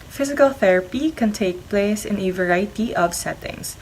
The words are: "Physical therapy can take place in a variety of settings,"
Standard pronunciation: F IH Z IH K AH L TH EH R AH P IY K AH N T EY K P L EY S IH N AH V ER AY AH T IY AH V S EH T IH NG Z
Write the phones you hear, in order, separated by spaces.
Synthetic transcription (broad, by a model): F IH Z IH K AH L TH EH R AH P IY K AH N T EY K P L EY S IH N AH V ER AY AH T IY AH B S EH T IH NG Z